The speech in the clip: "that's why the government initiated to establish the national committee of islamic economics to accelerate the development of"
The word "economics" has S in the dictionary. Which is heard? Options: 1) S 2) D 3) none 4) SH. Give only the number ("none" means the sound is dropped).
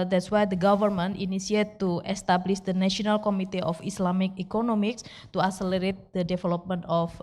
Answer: 1